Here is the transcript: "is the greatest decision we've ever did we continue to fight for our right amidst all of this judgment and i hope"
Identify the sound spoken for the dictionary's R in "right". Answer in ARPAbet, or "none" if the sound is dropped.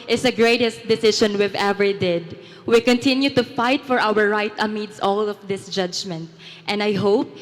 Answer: R